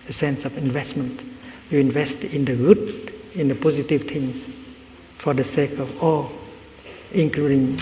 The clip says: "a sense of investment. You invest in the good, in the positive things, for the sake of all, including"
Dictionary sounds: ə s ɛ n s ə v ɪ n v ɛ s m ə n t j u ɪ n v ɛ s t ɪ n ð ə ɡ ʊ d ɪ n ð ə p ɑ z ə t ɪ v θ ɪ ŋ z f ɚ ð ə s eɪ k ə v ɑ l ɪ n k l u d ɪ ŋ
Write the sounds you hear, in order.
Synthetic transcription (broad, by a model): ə s ɛ n s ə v ɪ n v ɛ s m ə n t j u ɪ n v ɛ s t ɪ n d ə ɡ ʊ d ɪ n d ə p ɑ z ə t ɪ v t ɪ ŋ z f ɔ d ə s eɪ k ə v ɑ l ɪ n k l u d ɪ ŋ